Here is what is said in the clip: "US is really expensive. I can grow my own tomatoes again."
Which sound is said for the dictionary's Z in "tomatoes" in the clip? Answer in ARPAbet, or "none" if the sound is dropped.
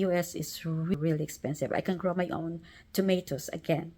S